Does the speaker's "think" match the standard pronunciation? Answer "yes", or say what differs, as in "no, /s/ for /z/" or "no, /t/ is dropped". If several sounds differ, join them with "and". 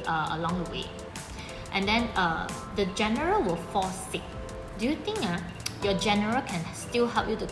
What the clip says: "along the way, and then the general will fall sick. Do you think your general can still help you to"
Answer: no, /t/ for /θ/